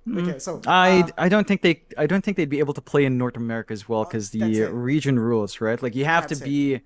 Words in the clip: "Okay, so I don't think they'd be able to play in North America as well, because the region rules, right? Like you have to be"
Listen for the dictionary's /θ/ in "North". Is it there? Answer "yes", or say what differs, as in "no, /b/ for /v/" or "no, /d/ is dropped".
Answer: yes